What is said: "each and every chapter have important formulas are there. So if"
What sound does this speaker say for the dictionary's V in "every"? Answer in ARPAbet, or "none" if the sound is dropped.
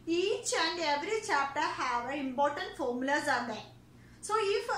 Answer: V